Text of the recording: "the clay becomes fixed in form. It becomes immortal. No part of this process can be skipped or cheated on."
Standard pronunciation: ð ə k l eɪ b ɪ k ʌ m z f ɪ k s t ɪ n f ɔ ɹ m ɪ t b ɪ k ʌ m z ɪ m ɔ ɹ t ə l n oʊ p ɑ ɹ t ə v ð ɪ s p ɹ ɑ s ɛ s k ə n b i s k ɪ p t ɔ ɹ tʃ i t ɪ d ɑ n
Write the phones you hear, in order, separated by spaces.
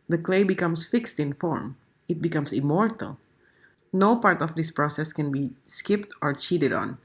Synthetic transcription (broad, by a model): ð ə k l eɪ b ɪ k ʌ m s f ɪ k s t ɪ n f ɔ ɹ m ɪ t b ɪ k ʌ m s ɪ m ɔ ɹ t ə l n oʊ p ɑ ɹ t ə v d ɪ s p ɹ ɑ s ɛ s k ə n b i s k ɪ p t ɔ ɹ tʃ i t ɪ d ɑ n